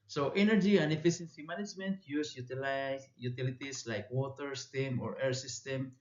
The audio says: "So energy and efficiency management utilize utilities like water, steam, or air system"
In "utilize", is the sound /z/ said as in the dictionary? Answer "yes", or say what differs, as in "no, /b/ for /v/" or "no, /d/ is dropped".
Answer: no, /z/ is dropped